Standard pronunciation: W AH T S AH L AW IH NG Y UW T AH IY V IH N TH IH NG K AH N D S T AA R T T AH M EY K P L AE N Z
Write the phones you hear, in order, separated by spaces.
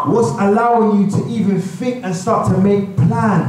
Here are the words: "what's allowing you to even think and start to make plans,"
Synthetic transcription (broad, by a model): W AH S AH L AW IH NG Y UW T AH IY V IH N F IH K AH N S T AA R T T AH M EY K P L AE N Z